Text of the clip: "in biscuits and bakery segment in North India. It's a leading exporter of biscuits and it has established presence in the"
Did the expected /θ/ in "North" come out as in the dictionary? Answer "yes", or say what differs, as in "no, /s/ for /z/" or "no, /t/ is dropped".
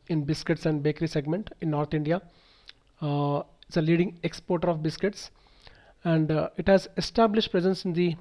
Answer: no, /t/ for /θ/